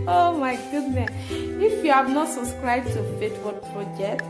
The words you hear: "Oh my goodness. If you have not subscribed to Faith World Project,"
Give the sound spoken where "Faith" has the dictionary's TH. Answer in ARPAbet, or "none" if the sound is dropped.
T